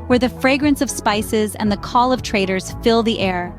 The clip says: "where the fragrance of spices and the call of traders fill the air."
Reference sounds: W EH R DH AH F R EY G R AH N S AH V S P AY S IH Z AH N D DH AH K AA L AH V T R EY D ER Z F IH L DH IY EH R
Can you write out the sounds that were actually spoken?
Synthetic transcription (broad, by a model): W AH R DH AH F R EY G R AH N S AH V S P AY S IH Z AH N DH AH K AA L AH V T R EY D ER Z F IH L DH IY EH R